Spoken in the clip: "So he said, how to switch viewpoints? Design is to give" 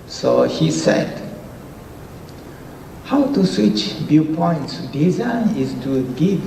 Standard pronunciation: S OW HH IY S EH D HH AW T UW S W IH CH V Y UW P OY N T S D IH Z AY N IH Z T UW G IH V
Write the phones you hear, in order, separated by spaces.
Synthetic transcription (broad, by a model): S OW HH IY S EH D HH AW T UW S W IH CH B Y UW P OY N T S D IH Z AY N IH S T UW G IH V